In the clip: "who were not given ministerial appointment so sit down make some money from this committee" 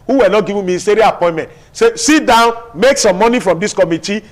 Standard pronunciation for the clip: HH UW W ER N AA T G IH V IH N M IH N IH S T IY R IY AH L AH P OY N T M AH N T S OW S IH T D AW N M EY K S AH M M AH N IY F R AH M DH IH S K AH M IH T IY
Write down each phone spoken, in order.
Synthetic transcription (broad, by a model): HH UW W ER N AA T G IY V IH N M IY IH S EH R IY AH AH P OY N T M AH N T S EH S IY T D AW N M EY K S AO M M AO N IY F R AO M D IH S K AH M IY T IY